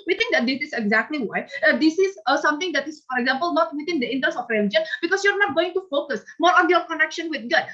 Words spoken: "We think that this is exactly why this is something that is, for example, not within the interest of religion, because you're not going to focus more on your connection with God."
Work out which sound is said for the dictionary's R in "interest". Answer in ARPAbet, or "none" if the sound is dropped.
none